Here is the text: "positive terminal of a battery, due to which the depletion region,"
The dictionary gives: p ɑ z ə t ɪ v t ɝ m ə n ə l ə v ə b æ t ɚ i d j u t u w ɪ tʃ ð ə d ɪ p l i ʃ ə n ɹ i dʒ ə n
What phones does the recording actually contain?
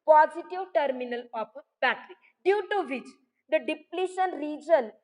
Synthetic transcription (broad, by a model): p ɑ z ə t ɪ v t ɝ m ə n ə l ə p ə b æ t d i d j u t u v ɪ tʃ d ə d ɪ p l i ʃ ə n ɹ i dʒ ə n